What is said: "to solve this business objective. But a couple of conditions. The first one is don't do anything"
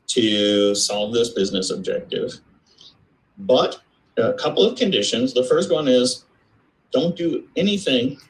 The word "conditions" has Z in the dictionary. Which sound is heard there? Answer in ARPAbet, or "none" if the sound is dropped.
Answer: Z